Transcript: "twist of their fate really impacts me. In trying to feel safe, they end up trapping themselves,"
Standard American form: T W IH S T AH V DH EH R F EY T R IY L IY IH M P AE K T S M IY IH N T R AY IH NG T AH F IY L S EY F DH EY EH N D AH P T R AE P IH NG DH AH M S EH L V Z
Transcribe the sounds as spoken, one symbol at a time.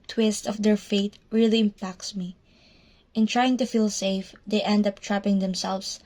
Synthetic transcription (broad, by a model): T W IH S T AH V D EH R F EY T R IY L IY IH M P AE K T S M IY IH N T R AY IH NG T AH F IY L S EY F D EY EH N D AH P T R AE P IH NG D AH M S EH L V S